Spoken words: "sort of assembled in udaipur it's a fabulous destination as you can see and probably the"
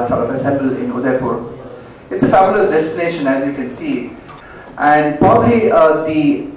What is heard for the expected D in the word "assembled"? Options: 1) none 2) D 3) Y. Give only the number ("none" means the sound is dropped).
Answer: 1